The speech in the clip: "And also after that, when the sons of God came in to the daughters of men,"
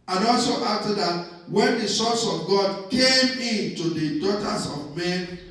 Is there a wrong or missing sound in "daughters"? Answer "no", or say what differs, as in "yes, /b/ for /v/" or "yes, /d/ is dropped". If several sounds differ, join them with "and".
yes, /s/ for /z/